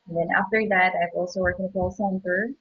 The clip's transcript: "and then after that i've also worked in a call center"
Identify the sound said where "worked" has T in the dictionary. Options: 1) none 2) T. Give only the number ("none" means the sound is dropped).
1